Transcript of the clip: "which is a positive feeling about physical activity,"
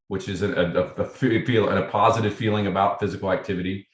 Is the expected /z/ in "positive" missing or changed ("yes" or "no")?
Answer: no